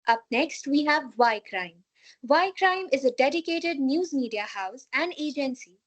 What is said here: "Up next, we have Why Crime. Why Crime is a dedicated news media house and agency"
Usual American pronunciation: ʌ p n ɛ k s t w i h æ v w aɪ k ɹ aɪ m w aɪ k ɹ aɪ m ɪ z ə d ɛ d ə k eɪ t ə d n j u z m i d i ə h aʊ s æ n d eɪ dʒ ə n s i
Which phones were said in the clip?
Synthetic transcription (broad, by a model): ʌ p n ɛ k s t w i h æ v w aɪ k ɹ aɪ m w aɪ k ɹ aɪ m ɪ z ə d ɛ d ə k eɪ t ə d n j u z m i d i ə h aʊ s æ n d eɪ dʒ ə n s i